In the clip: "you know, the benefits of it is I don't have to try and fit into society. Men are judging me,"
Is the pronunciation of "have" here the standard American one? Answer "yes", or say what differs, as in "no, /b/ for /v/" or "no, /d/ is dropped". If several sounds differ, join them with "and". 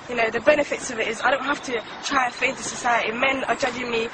no, /f/ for /v/